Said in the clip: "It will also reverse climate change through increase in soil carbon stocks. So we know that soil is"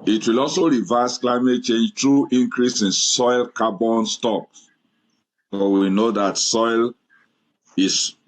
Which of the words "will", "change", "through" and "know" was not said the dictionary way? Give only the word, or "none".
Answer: through